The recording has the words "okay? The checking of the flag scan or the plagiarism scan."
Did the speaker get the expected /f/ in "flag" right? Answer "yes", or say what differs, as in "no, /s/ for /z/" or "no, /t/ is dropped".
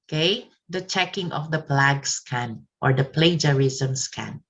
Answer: no, /p/ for /f/